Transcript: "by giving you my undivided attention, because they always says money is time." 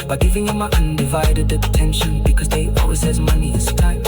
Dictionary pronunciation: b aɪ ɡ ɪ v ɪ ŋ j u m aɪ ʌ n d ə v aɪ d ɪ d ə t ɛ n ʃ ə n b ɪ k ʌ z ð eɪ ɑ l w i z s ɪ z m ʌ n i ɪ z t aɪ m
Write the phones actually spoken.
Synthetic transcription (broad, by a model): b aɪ ɡ ɪ v ɪ ŋ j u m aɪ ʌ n d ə v aɪ d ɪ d ə t ɛ n ʃ ə n b ɪ k ʌ z ð eɪ ɑ l w i z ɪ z m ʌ n i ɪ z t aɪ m